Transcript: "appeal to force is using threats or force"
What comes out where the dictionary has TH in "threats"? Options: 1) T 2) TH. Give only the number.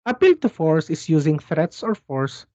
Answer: 2